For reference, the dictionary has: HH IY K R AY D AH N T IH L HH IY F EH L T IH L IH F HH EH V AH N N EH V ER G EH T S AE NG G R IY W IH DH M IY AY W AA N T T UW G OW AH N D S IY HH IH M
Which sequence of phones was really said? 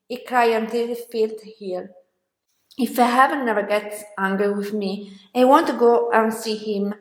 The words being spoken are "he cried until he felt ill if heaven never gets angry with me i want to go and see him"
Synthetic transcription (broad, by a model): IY K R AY AH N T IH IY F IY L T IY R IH F HH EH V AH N N EH V ER G EH T S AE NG G R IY W IH DH M IY AY W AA N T T UW G OW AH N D S IY HH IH M